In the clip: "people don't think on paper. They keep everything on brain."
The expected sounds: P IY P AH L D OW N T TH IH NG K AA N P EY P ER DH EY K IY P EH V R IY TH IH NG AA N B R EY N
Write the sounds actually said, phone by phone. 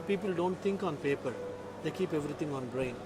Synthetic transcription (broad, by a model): P IY P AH L D OW N T T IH NG K AA N P EY P ER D EY K IY P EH V R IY T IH NG AA N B R EY N